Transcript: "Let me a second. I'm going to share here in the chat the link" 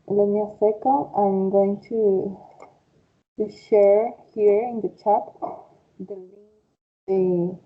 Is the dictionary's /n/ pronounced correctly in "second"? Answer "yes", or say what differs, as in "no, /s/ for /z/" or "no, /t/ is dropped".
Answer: no, /n/ is dropped